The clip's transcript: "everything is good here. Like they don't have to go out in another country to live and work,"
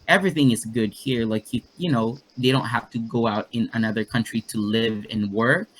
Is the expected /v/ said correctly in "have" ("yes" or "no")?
no